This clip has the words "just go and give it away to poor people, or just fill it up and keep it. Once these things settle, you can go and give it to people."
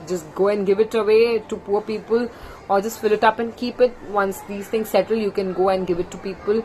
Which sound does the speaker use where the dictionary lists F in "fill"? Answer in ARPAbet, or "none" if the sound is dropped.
F